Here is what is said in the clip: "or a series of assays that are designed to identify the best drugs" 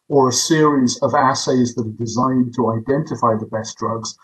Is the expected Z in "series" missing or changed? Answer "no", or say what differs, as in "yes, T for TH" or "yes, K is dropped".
no